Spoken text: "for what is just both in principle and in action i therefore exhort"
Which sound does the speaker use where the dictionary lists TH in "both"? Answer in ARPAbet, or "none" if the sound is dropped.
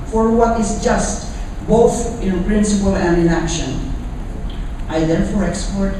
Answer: TH